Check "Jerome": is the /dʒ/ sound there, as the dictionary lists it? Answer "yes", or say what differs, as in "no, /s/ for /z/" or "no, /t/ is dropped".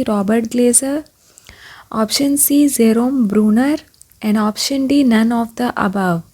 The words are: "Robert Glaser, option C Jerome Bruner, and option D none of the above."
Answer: no, /z/ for /dʒ/